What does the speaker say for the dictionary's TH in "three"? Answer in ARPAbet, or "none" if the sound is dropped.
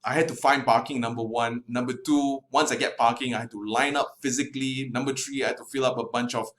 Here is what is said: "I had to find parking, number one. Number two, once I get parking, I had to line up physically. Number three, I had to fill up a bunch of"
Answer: T